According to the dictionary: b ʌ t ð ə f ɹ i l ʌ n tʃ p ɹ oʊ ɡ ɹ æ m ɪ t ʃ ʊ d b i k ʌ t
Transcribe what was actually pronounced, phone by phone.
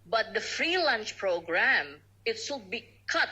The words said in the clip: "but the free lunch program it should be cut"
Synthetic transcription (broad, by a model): b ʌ t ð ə f ɹ i l ʌ n tʃ p ɹ oʊ ɡ ɹ æ m ɪ t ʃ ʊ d b i k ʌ t